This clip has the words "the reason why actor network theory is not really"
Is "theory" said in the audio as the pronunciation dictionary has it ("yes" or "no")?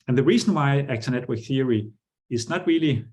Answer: yes